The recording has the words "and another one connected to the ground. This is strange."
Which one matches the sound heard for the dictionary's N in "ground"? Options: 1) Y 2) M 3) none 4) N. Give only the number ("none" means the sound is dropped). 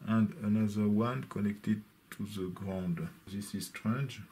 4